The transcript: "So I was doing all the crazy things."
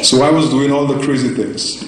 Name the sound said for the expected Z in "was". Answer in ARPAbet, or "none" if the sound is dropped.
Z